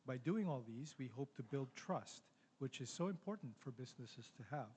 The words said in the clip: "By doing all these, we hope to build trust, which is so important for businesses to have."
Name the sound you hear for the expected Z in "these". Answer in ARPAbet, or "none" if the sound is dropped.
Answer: Z